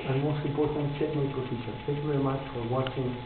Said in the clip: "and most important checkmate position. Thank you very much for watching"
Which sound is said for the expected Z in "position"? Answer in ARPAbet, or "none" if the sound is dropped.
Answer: S